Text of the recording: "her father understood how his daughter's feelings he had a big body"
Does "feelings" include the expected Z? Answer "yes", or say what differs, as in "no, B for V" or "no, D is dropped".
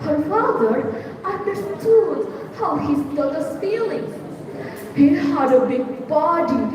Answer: no, Z is dropped